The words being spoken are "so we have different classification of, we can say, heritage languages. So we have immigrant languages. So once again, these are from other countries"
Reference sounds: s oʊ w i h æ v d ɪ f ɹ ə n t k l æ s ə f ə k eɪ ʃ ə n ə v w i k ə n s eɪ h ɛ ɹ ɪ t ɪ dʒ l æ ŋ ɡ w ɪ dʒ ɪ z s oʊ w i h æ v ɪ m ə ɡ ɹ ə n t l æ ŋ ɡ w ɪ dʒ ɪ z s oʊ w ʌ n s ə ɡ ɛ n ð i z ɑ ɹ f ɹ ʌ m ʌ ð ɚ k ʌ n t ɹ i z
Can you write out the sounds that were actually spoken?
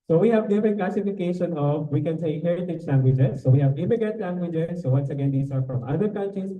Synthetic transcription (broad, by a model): s oʊ w i h æ v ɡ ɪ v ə n k l æ s ə f ə k eɪ ʃ ə n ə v w i k ə n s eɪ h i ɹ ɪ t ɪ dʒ l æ ŋ ɡ w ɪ dʒ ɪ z s oʊ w i h æ v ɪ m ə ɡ ə t l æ ŋ ɡ w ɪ dʒ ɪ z s oʊ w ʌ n s ə ɡ ɛ n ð i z ɑ ɹ f ɹ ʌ m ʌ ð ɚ k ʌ n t ɹ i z